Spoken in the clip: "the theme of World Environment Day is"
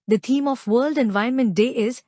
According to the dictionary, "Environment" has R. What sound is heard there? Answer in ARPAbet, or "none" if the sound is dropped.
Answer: none